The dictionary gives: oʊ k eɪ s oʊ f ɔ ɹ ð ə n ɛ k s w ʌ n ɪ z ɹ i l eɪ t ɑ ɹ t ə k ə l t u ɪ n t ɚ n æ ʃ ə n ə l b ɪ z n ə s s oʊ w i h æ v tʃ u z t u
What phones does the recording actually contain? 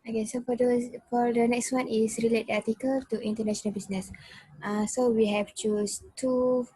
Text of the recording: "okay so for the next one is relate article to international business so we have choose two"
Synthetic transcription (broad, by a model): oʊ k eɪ s oʊ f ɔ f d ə n ɛ k s w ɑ n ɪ s ɹ i l eɪ t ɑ t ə k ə l t u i n t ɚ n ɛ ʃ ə n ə l b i s n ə s s oʊ w i h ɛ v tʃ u s t u